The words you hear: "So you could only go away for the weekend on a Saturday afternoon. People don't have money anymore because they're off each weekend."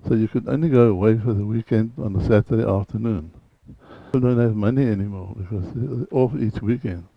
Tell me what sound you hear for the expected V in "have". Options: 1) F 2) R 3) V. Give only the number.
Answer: 3